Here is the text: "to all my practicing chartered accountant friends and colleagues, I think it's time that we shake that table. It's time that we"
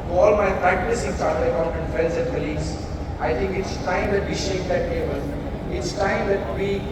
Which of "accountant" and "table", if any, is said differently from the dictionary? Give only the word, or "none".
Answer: accountant